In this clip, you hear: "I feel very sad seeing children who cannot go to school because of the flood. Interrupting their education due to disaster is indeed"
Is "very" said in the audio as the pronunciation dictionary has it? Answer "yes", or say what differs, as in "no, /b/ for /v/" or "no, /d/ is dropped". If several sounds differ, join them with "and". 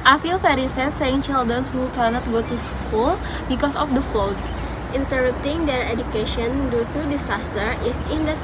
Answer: no, /f/ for /v/